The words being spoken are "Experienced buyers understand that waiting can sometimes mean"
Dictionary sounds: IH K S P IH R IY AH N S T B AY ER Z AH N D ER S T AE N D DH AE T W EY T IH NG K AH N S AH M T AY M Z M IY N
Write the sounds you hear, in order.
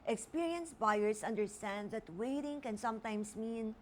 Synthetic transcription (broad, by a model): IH K S P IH R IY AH N S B AY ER S AH N D ER S T AE N D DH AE T W EY T IH NG K AH N S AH M T AY M S M IY N